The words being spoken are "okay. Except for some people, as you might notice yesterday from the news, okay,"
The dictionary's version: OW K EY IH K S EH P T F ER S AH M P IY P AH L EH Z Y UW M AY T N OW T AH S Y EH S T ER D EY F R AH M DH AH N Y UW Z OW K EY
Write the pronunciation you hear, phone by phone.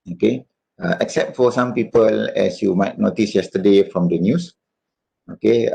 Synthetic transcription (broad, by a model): OW K EY IH K S EH P T F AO S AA M P IY P AH L EH S Y UW M AY T N OW T AH S Y EH S T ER D EY F R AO M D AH N Y UW S OW K EY